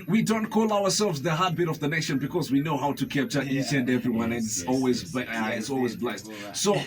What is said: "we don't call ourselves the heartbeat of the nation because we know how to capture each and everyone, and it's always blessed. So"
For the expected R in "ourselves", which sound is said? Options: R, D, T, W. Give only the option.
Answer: W